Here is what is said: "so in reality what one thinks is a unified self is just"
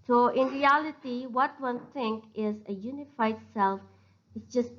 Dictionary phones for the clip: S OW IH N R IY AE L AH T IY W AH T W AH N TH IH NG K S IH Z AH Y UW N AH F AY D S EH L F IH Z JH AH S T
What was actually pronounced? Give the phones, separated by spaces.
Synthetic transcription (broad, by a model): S OW IH N R IY AE L AH T IY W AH T W AH N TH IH NG K IH Z AH Y UW N AH F AY D S EH L F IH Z JH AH S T